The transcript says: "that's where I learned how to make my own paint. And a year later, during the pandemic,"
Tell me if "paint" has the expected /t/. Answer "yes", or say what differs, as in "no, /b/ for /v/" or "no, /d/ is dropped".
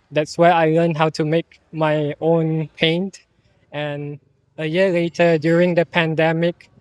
yes